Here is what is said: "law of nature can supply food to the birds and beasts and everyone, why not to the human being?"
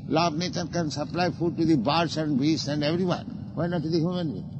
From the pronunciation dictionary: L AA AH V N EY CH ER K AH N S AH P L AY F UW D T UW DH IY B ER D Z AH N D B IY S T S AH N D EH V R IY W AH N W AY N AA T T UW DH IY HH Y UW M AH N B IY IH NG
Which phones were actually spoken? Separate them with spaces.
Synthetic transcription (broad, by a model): L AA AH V N EY CH ER K AH N S AH P L AY F UW D T UW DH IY B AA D S AH N D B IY S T AH N D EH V R IY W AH N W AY N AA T T UW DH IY HH Y UW M AH N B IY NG